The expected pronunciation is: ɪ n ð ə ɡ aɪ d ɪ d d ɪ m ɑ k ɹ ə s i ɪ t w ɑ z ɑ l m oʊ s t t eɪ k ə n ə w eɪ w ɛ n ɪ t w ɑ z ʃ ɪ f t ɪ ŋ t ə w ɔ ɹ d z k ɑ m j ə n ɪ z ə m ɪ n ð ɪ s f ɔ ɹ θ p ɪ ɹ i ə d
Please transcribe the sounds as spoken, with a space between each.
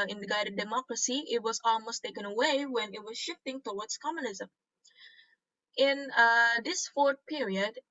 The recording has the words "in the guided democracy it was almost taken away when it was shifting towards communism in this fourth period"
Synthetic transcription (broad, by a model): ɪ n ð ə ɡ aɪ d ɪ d d ɪ m ɑ k ɹ ə s i ɪ t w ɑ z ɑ l m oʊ s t t eɪ k ə n ə w eɪ w ɛ n ɪ t w ɑ z ʃ ɪ f t ɪ ŋ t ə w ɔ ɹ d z k ɑ m j ə n ɪ z ə m ɪ n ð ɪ s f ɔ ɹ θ p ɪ ɹ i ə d